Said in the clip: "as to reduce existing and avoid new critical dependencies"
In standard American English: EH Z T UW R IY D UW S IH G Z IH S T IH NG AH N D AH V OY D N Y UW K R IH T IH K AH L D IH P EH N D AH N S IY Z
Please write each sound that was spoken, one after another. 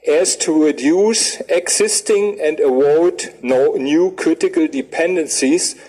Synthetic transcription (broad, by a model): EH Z T UW R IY D UW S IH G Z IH S T IH NG AH N D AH W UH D N Y UW K R IH T IH K AH L D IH P EH N D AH N S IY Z